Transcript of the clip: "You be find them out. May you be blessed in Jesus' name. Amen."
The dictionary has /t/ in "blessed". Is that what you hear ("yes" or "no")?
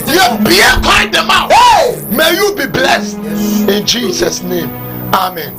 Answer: yes